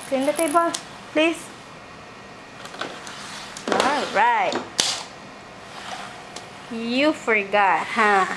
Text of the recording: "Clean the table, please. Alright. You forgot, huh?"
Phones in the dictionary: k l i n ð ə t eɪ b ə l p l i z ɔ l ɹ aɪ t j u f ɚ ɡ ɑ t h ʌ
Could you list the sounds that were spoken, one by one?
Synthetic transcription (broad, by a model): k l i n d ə t eɪ b ə l p l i s ɔ l ɹ aɪ t j u f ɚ ɡ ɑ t h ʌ